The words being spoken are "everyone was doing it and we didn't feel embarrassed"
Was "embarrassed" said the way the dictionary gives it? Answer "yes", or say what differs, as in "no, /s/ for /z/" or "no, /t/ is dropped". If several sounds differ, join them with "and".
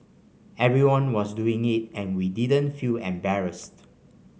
yes